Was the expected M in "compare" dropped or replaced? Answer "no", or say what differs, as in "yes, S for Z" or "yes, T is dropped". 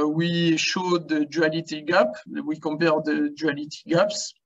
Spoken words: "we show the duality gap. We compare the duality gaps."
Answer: yes, M is dropped